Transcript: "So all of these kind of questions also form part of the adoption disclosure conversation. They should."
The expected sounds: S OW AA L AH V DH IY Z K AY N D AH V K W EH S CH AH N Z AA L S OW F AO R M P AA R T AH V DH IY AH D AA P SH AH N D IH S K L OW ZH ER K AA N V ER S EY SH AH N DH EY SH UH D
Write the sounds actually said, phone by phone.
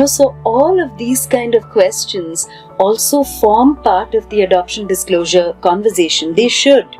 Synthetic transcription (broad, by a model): S OW AA L AH V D IY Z K AY N D AH V K W EH S CH AH N Z AA L S OW F AO R M P AA R T AH V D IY AH D AA P SH AH N D IH S K L OW ZH ER K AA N V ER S EY SH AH N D EY SH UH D